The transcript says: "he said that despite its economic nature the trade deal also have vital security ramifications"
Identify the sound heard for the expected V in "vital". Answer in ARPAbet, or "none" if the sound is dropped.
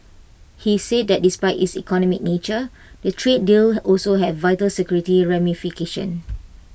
V